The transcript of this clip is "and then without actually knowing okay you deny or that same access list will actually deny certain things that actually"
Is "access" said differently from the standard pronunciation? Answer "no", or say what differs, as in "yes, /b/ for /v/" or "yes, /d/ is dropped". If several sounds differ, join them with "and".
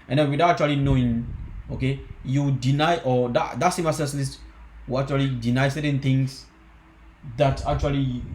yes, /k/ is dropped